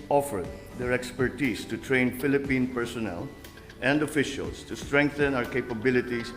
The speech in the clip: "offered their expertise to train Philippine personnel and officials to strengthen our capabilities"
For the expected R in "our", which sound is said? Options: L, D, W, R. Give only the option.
R